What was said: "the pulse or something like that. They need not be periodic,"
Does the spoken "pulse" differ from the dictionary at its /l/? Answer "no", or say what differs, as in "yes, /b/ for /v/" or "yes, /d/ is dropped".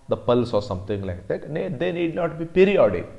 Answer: no